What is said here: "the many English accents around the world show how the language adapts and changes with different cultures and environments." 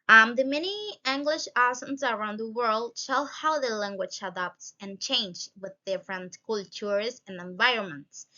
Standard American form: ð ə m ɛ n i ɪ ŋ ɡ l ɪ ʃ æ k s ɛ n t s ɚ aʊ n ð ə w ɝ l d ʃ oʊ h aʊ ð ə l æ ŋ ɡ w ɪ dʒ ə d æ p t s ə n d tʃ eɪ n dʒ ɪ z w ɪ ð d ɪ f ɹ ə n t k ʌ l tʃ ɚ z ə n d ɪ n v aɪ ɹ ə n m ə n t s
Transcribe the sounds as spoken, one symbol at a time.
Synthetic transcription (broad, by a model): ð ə m ɛ n i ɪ ŋ ɡ l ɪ ʃ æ s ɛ n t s ɚ aʊ n ð ə w ɝ l d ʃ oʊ h aʊ ð ə l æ ŋ ɡ w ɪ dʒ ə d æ p t s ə n tʃ eɪ n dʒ w ɪ ð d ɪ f ɹ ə n t k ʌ l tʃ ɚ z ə n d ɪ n v aɪ ɹ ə n m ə n t s